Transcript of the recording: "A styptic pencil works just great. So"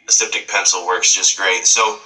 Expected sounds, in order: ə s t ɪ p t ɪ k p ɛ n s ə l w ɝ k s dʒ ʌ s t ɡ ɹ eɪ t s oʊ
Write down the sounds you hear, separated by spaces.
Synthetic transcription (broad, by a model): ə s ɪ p t ɪ k p ɛ n s l w ɝ k s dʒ ʌ s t ɡ ɹ eɪ t s oʊ